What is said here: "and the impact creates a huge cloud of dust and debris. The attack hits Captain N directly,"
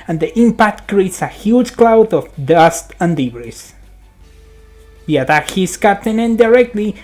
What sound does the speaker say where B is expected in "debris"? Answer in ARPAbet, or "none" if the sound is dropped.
none